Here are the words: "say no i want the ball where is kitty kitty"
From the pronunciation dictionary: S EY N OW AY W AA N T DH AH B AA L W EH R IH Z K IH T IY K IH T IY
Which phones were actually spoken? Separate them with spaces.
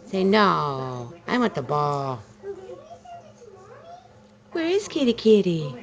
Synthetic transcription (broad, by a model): S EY N OW AY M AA T DH AH B AA L W EH R IH Z K IH T IY K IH T IY